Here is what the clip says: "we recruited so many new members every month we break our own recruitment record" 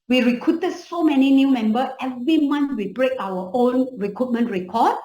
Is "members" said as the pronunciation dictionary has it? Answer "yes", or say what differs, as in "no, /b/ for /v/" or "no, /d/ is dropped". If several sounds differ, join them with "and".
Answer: no, /z/ is dropped